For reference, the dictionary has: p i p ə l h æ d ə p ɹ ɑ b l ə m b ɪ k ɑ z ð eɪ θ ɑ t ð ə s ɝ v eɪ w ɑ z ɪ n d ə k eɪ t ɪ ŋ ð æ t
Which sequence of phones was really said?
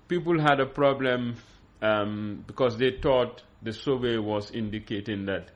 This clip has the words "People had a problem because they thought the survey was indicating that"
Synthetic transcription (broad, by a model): p i p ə l h æ d ə p ɹ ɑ b l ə m b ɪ k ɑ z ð eɪ t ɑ t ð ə s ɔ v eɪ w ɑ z ɪ n d ə k eɪ t ɪ ŋ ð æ t